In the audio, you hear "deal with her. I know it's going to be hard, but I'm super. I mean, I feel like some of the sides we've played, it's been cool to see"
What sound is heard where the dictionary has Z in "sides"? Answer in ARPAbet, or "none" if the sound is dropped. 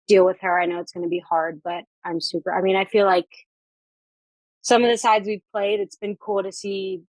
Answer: Z